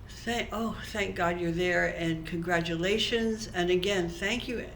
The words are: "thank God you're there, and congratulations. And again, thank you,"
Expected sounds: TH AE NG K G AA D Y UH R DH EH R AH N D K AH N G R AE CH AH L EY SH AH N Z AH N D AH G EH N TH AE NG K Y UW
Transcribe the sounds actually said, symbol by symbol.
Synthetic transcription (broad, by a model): TH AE NG K G AA D Y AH R DH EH R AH N K AH N G R AE CH AH L EY SH AH N Z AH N AH G EH N TH AE NG K Y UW